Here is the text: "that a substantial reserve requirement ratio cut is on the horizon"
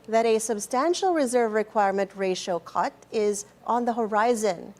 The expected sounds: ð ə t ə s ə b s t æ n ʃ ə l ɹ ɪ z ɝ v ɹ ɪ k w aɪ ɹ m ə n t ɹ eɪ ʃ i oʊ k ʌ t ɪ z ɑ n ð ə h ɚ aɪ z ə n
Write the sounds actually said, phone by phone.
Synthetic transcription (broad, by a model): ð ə t ə s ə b s t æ n ʃ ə l ɹ ɪ z ɝ v ɹ ɪ k w aɪ ɹ m ə n t ɹ eɪ ʃ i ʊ k ʌ t ɪ z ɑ n ð ə h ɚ aɪ z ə n